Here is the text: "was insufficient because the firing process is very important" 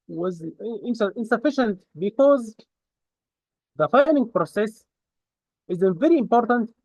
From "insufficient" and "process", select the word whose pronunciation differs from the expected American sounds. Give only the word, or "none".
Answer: none